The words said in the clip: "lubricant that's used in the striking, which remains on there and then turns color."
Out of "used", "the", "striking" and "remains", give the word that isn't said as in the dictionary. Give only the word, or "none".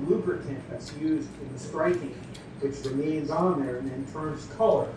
none